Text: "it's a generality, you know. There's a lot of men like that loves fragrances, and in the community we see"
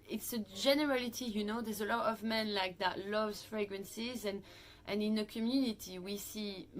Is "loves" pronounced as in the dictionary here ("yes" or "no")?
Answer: yes